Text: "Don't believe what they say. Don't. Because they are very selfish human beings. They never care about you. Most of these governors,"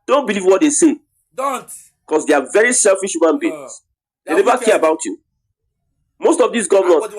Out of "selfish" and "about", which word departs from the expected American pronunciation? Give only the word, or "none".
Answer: none